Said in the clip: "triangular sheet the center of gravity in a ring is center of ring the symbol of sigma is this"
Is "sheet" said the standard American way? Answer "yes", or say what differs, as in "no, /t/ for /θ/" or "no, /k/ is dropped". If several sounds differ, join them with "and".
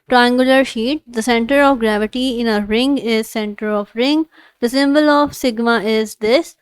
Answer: yes